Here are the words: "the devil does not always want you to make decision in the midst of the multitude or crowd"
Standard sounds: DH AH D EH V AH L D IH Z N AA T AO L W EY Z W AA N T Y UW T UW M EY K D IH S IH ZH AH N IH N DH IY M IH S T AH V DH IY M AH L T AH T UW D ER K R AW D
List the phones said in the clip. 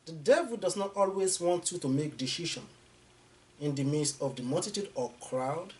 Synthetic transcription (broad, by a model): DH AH D EH V AH L D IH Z N AA T AO L W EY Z W AA N T Y UW T UW M EY K D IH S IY SH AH N IH N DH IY M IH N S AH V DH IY M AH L T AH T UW D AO K R AW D